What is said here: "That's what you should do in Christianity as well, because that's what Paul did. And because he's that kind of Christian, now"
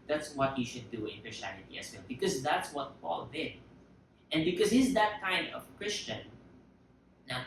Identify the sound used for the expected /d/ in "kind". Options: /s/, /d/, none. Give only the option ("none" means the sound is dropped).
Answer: /d/